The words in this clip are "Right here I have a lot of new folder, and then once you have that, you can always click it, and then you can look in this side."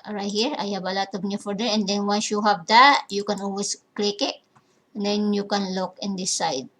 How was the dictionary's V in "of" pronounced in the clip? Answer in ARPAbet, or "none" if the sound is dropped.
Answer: B